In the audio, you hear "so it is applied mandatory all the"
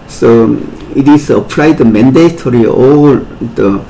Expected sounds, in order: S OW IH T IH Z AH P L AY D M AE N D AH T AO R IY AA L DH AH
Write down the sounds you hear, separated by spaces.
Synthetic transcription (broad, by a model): S OW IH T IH S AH P L AY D M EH N D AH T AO R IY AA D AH